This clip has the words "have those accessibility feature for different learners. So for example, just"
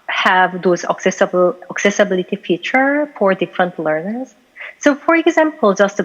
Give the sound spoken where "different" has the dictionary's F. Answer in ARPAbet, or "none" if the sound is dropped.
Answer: F